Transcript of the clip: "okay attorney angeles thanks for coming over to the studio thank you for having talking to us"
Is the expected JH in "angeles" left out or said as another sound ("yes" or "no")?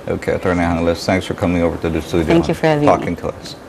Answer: yes